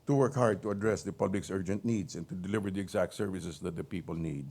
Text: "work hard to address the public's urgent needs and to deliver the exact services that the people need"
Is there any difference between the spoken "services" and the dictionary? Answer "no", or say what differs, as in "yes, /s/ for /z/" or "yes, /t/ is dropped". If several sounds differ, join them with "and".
yes, /s/ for /z/